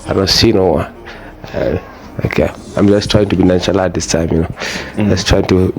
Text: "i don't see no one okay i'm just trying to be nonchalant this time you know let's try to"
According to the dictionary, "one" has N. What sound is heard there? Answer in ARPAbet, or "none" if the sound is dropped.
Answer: none